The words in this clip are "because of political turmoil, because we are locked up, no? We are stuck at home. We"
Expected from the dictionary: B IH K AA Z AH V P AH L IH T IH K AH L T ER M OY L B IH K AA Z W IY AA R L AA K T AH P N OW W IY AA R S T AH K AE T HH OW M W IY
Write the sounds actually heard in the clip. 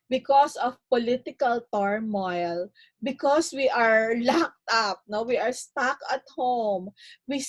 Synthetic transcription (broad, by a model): B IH K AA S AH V P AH L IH T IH K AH L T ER M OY L B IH K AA S W IY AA R L AA K T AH P N OW W IY AA R S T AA K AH T HH OW M W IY